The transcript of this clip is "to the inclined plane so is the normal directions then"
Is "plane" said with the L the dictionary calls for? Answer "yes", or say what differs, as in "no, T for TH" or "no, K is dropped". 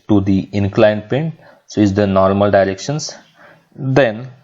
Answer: no, L is dropped